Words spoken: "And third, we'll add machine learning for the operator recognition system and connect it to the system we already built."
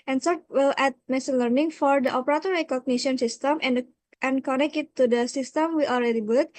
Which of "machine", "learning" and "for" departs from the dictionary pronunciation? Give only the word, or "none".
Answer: machine